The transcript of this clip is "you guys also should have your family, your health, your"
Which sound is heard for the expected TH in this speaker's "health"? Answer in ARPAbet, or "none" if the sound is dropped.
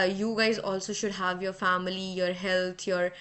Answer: T